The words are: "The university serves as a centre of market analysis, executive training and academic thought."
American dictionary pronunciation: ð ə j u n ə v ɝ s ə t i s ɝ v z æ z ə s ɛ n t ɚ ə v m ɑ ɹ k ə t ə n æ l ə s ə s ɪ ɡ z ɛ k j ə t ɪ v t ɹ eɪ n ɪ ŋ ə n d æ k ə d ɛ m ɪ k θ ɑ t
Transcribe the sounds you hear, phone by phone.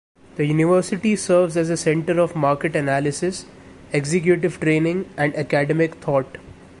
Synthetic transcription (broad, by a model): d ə j u n ə v ɝ s ə t i s ɝ v z æ z ə s ɛ n t ɚ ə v m ɑ ɹ k ə t ə n æ l ə s ə s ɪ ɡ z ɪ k j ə t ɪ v t ɹ eɪ n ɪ ŋ ə n d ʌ k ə d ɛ m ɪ k t ɑ t